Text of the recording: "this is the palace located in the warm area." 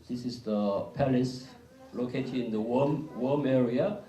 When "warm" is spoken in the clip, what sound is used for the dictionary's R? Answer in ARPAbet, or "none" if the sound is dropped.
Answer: W